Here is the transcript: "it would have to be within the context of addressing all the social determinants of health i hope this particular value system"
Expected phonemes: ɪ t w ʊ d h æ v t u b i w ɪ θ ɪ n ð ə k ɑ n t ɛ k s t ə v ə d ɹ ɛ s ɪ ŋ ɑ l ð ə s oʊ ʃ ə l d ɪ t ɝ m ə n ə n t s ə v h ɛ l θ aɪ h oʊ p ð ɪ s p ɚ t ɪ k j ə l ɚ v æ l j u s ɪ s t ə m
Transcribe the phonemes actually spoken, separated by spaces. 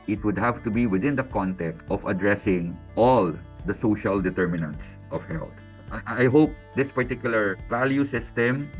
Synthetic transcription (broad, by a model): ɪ t w ʊ d h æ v t u b i w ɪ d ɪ n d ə k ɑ n t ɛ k t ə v ə d ɹ ɛ s ɪ ŋ ɑ l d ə s oʊ ʃ ə l d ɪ t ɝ m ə n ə n t s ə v h ɛ l t aɪ h oʊ p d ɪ s p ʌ t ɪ k j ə l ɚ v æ l j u s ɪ s t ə m